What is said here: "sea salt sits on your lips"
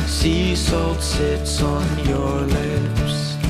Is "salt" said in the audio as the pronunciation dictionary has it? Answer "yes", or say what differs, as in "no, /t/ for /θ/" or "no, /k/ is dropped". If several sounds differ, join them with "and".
yes